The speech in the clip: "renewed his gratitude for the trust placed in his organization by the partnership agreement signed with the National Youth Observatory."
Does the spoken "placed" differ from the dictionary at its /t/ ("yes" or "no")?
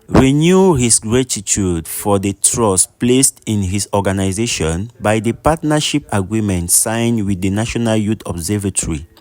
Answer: no